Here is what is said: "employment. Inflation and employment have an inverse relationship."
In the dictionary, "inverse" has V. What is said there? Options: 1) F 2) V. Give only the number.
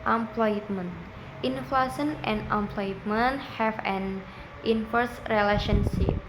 1